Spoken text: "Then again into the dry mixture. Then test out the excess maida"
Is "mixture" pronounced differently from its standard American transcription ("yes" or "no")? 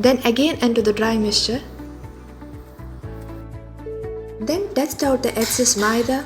yes